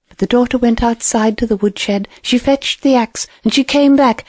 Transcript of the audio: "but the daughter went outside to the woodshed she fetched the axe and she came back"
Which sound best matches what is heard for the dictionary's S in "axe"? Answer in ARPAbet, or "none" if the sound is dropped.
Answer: S